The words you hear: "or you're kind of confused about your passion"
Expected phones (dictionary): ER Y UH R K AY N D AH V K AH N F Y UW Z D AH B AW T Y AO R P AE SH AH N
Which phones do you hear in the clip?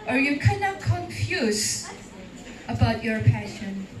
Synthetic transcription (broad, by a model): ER Y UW K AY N AH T K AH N F Y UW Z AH B AW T Y AO R P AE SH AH N